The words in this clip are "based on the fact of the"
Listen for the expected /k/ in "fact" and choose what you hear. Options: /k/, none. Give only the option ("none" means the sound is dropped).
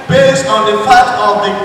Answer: none